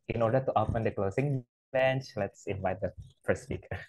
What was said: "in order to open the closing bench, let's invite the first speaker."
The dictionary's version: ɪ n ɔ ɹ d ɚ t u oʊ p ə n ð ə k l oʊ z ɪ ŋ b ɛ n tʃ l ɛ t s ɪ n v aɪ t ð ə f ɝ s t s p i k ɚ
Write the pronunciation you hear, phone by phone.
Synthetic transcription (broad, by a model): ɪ n ɔ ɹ d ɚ t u oʊ p ə n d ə k l oʊ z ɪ ŋ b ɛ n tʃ l ɛ t s ɪ n v aɪ t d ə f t s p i k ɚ